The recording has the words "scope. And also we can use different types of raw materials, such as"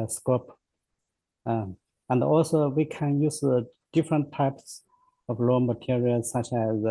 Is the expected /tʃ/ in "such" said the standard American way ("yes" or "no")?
yes